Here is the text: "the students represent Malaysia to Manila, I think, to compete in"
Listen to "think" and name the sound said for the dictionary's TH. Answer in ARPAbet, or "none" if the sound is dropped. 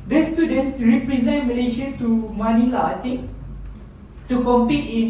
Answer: T